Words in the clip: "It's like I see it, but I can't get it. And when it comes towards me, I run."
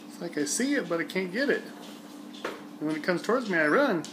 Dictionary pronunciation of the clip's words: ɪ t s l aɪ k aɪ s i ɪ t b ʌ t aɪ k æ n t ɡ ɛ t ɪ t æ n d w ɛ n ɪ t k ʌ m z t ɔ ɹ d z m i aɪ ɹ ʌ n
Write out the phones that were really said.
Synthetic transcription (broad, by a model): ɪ t s l aɪ k aɪ s i ɪ t b ʌ t aɪ k æ n ɡ ɛ t ɪ t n w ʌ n ɪ t k ʌ m z t ɔ ɹ d z m i aɪ ɹ ʌ n